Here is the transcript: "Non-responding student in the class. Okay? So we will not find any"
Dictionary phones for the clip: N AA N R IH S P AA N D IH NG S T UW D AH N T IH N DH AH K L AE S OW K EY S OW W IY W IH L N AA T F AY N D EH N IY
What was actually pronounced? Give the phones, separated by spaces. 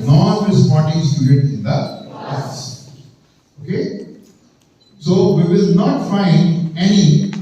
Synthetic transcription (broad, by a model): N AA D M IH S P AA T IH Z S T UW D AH T IH N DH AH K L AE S OW K EY S OW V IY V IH L N AA T F AY N D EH N IY